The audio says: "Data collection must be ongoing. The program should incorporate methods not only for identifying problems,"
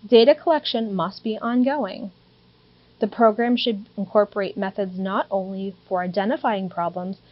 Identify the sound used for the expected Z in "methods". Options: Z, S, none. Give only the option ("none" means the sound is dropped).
Z